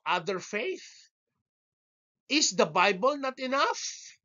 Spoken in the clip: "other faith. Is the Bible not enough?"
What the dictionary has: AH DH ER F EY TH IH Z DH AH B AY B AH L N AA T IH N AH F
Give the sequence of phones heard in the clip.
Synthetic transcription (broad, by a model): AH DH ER F EY TH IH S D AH B AY B AH L N AA T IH N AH F